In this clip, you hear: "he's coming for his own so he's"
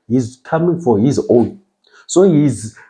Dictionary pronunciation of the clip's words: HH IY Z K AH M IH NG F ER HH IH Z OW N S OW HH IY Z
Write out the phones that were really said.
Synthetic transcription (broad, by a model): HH IY Z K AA M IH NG F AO HH IH Z OW N S OW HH IY Z